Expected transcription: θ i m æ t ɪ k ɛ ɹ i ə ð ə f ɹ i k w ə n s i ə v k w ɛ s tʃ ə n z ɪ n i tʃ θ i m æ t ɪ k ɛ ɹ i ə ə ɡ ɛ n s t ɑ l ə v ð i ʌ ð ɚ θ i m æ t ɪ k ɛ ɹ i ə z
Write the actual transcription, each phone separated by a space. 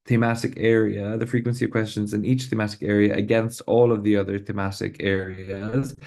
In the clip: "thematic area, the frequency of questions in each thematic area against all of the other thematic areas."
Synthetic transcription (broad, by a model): θ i m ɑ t ɪ k ɛ ɹ i ə ð ə f ɹ i k w ə n s i ə v k w ɛ s tʃ ə n z ɪ n i tʃ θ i m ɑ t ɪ k ɛ ɹ i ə ə ɡ ɛ n s t ɑ l ə v ð i ʌ ð ɚ θ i m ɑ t ɪ k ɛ ɹ i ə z